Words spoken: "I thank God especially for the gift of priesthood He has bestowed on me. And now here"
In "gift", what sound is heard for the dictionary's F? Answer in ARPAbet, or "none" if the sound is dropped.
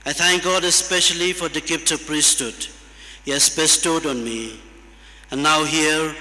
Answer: P